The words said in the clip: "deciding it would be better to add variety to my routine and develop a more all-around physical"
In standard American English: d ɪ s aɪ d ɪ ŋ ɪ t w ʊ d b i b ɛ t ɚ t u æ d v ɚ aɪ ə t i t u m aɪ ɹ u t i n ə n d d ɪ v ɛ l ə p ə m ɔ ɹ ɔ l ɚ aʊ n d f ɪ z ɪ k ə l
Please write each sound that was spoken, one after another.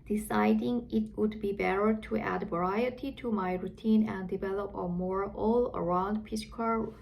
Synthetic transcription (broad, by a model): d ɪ s aɪ d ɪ ŋ ɪ t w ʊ d b i b ɛ t ɚ t u æ d v ɚ aɪ ə t i t u m aɪ ɹ u t i n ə n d d ɪ v ɛ l ə p ə m ɔ ɹ ɔ l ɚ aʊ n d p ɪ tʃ k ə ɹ